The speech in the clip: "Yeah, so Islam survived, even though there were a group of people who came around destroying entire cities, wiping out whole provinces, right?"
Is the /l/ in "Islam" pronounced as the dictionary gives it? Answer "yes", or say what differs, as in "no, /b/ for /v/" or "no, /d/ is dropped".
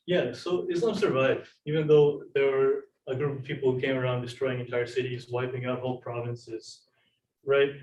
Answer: no, /l/ is dropped